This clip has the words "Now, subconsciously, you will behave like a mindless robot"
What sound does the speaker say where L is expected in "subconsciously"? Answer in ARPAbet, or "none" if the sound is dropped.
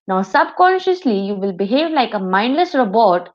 L